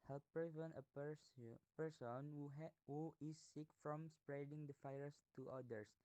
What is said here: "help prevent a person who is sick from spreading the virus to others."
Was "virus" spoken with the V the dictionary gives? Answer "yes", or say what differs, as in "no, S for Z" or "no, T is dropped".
no, F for V